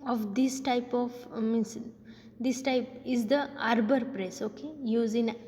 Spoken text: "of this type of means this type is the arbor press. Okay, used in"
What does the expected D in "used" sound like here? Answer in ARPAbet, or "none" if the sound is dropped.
none